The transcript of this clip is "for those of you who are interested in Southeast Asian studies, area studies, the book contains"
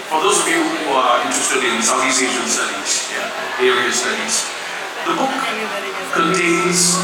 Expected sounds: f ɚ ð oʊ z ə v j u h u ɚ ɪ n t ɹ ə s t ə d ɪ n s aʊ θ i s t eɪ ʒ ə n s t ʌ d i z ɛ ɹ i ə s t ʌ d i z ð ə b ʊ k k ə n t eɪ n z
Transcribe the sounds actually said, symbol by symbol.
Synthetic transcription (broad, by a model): f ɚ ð oʊ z ə v j u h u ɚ ɪ n t ɹ ə s t ə d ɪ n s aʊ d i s eɪ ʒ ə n s t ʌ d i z ɛ ɹ i ə s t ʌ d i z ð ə b ʊ k k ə n t eɪ n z